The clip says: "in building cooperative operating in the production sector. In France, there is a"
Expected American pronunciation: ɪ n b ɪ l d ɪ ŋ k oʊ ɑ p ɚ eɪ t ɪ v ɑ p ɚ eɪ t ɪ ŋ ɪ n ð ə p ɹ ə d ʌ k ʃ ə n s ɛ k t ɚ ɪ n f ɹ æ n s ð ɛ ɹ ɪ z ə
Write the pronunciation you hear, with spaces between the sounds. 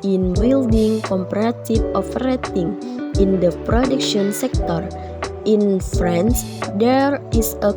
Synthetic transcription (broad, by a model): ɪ n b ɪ l d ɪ ŋ k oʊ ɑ p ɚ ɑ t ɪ f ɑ f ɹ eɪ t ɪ ŋ ɪ n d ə p ɹ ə d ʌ k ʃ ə n s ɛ k t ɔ ɪ n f ɹ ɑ n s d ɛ ɹ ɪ s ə